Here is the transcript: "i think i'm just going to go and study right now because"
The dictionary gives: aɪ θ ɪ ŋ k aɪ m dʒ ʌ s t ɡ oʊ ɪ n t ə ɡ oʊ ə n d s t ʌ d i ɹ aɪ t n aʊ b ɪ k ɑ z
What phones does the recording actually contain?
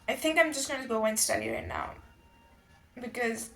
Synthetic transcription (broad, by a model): aɪ θ ɪ ŋ k aɪ m dʒ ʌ s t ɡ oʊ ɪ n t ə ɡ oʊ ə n s t ʌ d i ɹ aɪ t n aʊ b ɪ k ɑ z